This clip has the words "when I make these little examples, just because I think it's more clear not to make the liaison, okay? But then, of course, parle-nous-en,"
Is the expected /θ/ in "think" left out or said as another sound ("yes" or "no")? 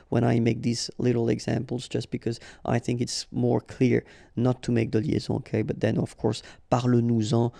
no